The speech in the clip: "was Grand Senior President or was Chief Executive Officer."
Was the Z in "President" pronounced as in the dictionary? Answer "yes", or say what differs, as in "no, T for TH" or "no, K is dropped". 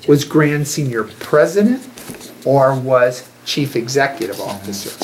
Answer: yes